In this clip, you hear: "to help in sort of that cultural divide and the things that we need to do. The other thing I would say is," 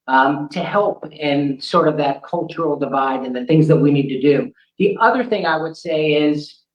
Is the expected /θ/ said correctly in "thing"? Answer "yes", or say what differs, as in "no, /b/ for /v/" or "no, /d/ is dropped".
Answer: yes